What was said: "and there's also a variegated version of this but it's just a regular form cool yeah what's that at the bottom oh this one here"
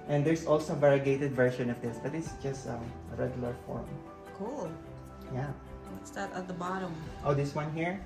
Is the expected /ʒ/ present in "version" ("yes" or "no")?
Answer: no